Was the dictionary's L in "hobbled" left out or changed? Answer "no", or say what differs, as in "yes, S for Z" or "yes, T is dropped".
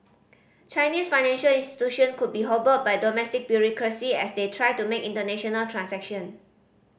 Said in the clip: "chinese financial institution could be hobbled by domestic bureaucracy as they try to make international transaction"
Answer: yes, L is dropped